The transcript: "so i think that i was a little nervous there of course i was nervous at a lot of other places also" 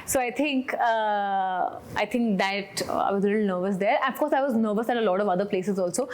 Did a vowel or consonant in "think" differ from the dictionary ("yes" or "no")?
yes